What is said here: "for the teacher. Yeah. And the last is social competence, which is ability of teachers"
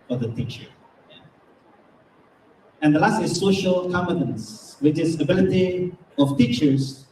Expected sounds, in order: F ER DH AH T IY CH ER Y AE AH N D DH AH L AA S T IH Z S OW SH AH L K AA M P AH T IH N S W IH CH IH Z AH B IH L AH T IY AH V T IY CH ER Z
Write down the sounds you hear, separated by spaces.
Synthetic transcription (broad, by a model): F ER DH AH T IY CH ER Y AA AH N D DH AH L AA S T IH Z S OW SH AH L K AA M AH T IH N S W IH CH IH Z AH B IH L AH T IY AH F T IY CH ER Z